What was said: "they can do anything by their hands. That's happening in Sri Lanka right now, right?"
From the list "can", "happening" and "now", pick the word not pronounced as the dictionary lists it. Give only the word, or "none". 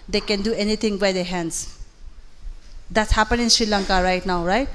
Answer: happening